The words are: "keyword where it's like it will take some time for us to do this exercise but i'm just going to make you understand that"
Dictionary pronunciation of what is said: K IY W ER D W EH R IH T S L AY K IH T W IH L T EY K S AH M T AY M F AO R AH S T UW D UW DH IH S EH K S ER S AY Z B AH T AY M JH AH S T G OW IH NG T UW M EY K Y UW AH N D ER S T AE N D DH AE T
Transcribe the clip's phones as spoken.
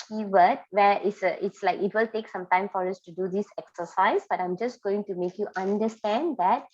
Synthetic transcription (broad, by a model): K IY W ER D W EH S IH T S L AY K IH T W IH L T EY K S AH M T AY M F AO R AH S T UW D UW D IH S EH K S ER S AY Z B AH T AY M JH AH S T G OW IH NG T UW M EY K Y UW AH N D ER S T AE N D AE T